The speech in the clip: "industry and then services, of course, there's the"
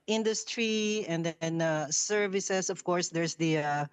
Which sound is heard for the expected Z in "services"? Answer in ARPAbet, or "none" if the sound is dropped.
S